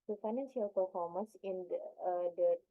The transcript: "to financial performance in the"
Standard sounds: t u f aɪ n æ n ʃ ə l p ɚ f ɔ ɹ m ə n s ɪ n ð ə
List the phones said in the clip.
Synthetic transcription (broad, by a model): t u f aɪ n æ n s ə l p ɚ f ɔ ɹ m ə n s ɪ n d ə